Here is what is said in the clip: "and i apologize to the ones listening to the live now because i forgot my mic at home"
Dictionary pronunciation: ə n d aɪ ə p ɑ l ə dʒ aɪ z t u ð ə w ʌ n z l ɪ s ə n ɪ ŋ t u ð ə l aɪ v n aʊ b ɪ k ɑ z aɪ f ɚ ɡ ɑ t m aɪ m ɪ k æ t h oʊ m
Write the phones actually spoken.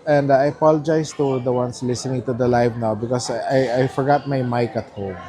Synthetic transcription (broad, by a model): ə n d aɪ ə p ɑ l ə dʒ aɪ s t u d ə w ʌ n s l ɪ s ə n ɪ ŋ t u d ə l aɪ v n aʊ b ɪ k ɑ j aɪ f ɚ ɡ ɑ t m aɪ m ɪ k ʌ t h oʊ m